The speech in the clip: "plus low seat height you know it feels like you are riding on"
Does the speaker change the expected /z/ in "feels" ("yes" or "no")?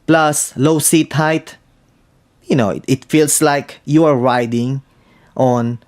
yes